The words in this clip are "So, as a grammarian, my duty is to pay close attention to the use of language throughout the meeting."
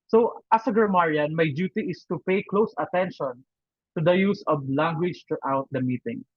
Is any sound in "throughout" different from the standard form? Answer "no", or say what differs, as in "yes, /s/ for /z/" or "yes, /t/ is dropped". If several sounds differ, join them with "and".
yes, /t/ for /θ/